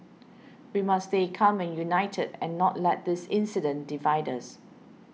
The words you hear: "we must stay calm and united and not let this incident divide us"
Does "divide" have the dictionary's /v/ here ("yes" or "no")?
yes